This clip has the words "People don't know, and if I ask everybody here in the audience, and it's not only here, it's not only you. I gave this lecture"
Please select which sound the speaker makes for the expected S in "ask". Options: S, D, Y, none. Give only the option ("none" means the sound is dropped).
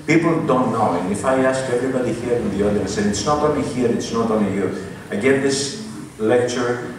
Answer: S